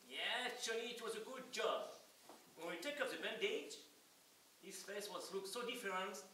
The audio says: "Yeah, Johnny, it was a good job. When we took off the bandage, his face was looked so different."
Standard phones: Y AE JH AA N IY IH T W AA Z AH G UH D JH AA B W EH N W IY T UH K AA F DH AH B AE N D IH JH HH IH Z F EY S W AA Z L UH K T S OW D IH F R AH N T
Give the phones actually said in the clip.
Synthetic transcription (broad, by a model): Y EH CH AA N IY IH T W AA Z AH G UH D JH AA B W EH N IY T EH K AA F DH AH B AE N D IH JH HH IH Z F EY S W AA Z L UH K S OW D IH F R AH N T